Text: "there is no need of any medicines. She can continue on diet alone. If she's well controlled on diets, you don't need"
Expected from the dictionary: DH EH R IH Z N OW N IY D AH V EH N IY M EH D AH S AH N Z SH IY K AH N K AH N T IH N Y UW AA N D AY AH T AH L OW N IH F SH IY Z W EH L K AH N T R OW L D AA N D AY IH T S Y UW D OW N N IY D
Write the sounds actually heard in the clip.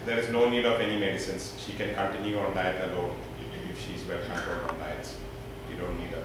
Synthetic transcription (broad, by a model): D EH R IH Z N OW N IY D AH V EH N IY M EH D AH S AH N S SH IY K AH N K AH N T IH N Y UW AA N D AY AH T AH L OW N IH F SH IY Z W EH L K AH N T OW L AA N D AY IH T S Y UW D OW N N IY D